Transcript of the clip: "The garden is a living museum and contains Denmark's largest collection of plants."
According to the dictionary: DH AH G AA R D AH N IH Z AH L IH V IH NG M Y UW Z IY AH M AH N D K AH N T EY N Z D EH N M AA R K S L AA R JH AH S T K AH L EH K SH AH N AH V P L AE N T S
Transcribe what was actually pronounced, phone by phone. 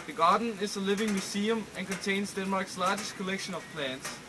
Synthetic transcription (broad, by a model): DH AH G AA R D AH N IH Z AH L IH V IH NG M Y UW S IY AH M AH N K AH N T EY N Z D EH N M AA R K S L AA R JH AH S T K AH L EH K SH AH N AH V P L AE N T S